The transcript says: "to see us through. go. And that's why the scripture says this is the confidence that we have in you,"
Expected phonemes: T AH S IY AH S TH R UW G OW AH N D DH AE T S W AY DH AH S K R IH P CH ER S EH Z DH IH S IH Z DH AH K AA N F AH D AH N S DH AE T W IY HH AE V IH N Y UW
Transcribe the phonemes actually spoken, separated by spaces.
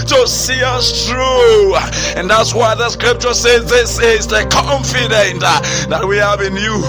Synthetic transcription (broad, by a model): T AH S IY AH S TH R UW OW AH N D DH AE T S W AY DH AH S K R IH P CH ER S EH Z DH IH S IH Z DH AH K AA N F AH D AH N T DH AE T W IY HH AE V IH N Y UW